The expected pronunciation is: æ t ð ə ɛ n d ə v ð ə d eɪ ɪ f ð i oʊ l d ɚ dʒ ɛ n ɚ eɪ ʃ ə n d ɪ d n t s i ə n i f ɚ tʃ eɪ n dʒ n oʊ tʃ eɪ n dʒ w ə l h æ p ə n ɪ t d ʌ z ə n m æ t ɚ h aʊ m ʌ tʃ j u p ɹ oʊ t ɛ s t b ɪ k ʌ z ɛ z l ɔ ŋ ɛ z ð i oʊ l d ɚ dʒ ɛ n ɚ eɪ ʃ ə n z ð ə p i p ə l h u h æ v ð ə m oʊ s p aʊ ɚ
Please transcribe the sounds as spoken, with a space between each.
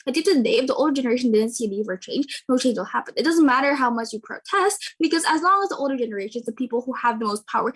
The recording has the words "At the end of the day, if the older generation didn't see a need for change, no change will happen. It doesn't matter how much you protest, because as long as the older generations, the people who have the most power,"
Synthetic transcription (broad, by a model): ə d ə p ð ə d eɪ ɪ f ð i oʊ l d ɚ dʒ ɛ n ɚ eɪ ʃ ə n d ɪ d n t s i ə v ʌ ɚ tʃ eɪ n dʒ n oʊ tʃ eɪ n dʒ w ə l h æ p ə n ɪ t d ʌ z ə n m æ t ɚ h aʊ m ʌ tʃ j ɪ p ɹ oʊ t ɛ s t b ɪ k ʌ z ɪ z l ɔ ŋ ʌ z ð i oʊ l d ɚ dʒ ɛ n ɚ eɪ ʃ ə n z ð ə p i p l h u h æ v ð ə m oʊ s p aʊ ɚ